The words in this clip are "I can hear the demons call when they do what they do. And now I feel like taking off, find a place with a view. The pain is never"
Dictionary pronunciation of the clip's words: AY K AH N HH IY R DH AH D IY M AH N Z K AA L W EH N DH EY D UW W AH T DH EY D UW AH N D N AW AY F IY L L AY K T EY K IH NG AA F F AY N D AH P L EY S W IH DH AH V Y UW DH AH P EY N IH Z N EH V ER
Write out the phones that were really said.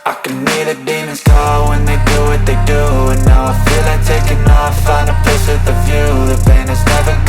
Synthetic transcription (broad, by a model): AY K AH N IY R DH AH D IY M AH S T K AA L W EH N DH EY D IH W AH T DH EY D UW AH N N AW AY F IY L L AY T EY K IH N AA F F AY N AH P EY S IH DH AH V Y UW DH AH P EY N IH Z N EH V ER